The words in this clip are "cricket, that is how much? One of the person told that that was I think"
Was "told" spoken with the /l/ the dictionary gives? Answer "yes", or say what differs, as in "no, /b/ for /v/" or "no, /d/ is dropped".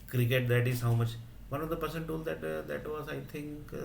yes